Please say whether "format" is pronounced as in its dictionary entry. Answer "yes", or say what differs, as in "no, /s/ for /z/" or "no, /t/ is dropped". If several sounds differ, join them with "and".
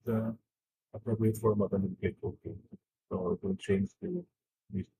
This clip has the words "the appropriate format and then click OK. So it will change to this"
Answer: no, /t/ is dropped